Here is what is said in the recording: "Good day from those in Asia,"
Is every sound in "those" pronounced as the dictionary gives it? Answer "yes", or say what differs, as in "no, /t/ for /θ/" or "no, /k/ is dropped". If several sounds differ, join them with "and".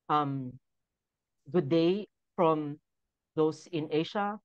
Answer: no, /s/ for /z/